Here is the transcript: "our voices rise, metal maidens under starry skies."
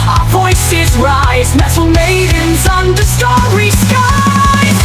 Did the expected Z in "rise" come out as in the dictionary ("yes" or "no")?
yes